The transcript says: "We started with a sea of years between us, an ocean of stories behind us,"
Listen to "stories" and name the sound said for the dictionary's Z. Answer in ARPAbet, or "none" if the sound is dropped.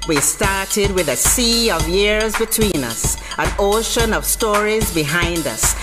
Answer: Z